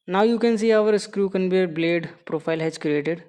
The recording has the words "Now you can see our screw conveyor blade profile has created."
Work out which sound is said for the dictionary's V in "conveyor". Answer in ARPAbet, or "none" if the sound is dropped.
B